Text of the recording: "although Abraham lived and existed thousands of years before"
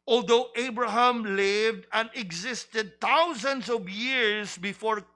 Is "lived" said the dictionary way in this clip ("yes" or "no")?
yes